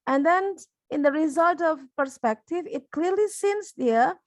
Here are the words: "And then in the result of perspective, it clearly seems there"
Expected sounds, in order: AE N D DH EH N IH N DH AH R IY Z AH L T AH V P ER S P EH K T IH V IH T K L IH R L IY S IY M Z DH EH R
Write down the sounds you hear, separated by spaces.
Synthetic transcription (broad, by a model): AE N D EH N IH N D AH R IY Z AH L T AH V P ER S P EH K T IH V IH T K L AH R L IY S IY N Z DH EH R